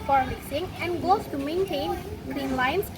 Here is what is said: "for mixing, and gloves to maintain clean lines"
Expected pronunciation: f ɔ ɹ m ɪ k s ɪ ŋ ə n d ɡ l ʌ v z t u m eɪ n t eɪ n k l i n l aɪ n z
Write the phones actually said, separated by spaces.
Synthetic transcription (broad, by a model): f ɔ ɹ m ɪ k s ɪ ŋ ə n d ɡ ɔ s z t u m eɪ n t eɪ n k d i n l aɪ n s